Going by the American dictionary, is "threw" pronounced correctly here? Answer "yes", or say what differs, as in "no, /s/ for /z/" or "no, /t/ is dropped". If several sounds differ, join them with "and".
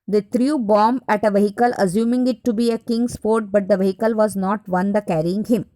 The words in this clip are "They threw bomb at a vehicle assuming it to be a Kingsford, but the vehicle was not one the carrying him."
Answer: no, /t/ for /θ/